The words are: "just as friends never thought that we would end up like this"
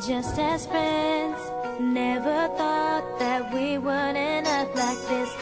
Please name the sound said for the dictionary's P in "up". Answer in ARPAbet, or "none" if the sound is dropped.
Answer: F